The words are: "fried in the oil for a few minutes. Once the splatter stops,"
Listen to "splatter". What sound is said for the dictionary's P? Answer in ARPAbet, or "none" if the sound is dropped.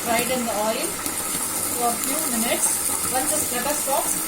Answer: none